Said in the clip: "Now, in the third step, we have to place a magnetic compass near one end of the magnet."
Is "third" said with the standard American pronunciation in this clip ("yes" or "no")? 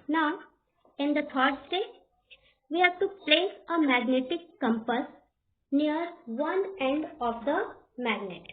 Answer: no